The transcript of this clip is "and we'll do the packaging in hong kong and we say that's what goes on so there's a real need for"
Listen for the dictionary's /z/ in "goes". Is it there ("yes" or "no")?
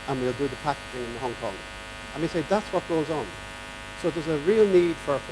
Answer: yes